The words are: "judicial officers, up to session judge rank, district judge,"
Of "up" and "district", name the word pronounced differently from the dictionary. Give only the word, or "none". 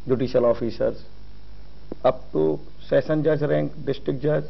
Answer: up